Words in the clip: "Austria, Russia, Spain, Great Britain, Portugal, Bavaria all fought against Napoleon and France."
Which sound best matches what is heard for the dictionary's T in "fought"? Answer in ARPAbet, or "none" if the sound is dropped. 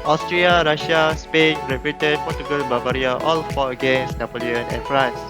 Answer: none